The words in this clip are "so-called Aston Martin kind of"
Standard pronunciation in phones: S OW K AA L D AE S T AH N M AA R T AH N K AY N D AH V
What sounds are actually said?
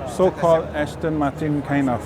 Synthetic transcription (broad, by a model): S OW K AA L D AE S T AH N M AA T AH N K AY N AH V